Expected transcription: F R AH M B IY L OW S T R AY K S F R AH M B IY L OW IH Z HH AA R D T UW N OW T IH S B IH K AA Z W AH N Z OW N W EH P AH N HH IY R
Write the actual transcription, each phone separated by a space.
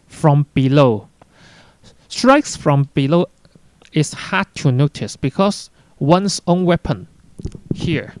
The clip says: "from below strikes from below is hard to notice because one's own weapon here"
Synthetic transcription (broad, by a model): F R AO M B IY L OW S T R AY K S F R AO M B IY L OW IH S HH AA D T UW N OW T IH S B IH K AA S W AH N S OW N W EH P AH N HH IY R